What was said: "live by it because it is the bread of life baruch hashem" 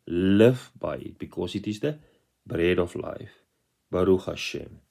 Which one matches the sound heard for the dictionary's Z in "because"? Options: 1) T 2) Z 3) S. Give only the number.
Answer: 3